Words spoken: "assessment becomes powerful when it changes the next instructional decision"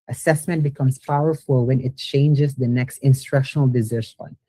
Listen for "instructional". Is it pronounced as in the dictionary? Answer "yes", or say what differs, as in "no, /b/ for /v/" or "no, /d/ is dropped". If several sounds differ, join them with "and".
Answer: yes